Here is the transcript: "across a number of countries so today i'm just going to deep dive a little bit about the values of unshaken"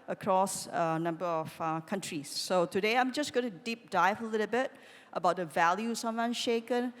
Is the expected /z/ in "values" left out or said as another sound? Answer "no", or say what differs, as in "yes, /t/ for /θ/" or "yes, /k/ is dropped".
yes, /s/ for /z/